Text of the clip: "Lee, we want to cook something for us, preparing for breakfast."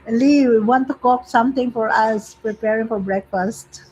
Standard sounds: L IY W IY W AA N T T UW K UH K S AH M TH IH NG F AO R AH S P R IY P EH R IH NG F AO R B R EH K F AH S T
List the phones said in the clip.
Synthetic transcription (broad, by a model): L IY W IY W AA N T T UW K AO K S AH M T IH NG F AO R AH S P R IY P EH R IH NG F AO R B R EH K F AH S T